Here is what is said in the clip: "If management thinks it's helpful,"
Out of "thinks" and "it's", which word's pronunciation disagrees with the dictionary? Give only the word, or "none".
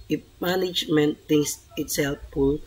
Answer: thinks